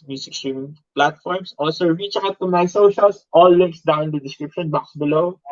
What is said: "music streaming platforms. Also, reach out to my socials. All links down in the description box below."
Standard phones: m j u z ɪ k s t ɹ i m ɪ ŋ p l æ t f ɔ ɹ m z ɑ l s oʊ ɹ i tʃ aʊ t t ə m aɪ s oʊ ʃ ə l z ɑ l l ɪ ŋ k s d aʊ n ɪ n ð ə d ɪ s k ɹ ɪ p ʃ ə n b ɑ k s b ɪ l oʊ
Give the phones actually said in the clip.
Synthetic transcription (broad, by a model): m j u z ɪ k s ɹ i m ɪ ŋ p l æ t f ɔ ɹ m s ɑ l s oʊ ɹ i tʃ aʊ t t ə m aɪ s oʊ ʃ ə l s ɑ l l ɪ ŋ k s d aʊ ɪ n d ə d ɪ s k ɹ ɪ p ʃ ə n b ɑ k s b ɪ l oʊ